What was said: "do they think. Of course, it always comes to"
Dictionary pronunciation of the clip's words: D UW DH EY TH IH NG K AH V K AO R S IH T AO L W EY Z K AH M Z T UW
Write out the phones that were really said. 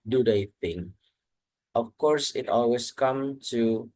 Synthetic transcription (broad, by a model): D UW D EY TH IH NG AH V K AO R S IH T AO L W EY S K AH M T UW